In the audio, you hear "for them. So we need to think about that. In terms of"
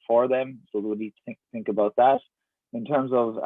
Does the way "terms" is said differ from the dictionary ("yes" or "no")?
no